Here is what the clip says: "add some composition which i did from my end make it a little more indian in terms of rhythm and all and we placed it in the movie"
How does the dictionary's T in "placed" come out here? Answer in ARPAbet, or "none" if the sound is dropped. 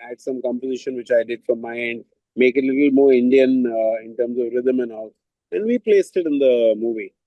T